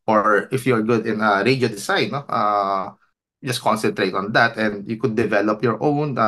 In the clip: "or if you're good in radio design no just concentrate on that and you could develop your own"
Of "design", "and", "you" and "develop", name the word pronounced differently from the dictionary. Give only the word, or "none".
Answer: design